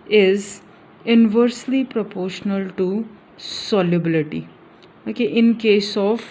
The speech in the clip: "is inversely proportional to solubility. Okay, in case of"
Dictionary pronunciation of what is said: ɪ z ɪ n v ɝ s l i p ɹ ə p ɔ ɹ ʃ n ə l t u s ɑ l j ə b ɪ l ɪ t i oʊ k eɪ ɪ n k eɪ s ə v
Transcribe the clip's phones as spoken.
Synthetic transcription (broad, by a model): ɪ z ɪ n v ɝ s l i p ɹ ə p ɔ ɹ ʃ n ə l t u s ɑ l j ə b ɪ l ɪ t i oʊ k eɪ ɪ n k eɪ s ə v